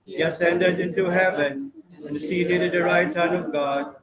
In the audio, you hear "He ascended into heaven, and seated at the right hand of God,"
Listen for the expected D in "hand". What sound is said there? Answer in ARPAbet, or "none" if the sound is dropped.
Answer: none